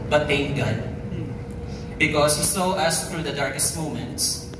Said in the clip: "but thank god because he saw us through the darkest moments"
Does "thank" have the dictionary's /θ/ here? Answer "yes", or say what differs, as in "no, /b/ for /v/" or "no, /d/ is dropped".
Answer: no, /t/ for /θ/